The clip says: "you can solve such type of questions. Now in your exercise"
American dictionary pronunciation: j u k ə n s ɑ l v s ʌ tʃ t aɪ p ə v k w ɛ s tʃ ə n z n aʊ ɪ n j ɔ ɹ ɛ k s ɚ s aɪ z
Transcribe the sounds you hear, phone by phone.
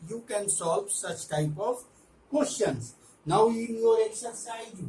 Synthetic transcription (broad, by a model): j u k ə n s ɑ l v s ʌ tʃ t aɪ p ə v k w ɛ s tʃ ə n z n aʊ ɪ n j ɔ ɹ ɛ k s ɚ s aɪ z